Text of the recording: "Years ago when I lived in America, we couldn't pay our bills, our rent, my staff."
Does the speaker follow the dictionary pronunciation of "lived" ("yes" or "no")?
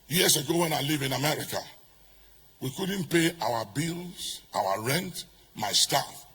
no